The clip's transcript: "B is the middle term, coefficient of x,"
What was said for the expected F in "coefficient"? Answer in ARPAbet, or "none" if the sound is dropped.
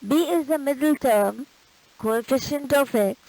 F